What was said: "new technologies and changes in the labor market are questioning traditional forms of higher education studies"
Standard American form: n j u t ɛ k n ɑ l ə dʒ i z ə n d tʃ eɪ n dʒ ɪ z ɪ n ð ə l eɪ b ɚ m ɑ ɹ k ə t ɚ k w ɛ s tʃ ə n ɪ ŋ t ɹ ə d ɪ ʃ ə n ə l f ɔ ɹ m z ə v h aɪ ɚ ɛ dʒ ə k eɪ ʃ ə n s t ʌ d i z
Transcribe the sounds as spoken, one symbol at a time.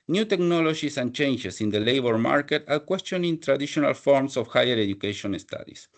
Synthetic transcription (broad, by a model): n j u t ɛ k n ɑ l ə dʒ i s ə n tʃ eɪ n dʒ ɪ s ɪ n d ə l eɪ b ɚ m ɑ ɹ k ə t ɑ k w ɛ s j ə n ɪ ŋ t ɹ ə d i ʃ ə n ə l f ɔ ɹ m s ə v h aɪ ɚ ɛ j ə k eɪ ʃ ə n s t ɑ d i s